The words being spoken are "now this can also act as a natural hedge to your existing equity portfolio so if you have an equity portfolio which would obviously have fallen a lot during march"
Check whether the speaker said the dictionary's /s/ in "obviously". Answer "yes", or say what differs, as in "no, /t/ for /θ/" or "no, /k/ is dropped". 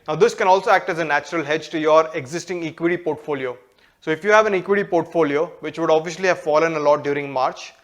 no, /ʃ/ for /s/